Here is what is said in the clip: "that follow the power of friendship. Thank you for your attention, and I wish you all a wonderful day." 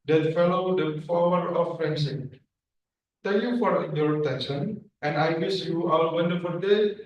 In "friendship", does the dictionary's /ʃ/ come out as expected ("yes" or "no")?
no